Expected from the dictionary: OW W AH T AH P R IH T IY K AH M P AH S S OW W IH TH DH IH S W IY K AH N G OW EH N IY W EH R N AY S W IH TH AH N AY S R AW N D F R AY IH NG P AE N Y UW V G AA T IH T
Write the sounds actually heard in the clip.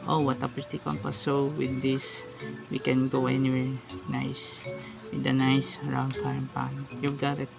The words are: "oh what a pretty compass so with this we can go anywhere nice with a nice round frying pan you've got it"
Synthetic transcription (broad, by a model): OW W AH T AH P IH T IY K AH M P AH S S OW W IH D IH S W IY K AH N G OW EH N IY W EH R N AY S W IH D AH N AY S R AW N D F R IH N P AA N Y UW V G AA T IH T